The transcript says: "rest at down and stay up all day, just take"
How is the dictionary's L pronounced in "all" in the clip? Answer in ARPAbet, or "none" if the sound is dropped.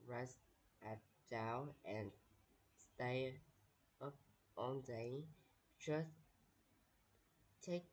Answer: N